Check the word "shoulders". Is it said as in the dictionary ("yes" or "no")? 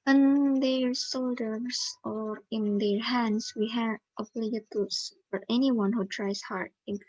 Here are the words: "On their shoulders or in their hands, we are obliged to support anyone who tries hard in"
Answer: no